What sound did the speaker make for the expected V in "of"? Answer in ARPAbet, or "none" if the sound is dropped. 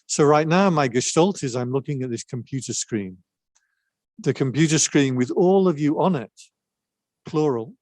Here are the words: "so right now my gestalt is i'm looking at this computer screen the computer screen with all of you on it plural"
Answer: V